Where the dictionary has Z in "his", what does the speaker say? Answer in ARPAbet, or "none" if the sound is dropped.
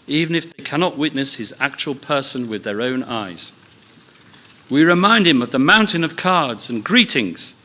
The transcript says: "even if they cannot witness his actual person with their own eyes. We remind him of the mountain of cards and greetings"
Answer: Z